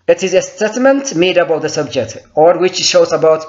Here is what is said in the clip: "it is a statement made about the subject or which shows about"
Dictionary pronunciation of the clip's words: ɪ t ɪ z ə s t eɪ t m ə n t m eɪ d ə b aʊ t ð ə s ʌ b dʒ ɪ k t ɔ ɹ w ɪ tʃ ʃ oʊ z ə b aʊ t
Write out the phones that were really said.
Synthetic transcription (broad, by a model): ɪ t ɪ z ə s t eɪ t m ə n t m eɪ d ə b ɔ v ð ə s ʌ b dʒ ɪ k t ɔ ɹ w ɪ tʃ ʃ oʊ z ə b aʊ t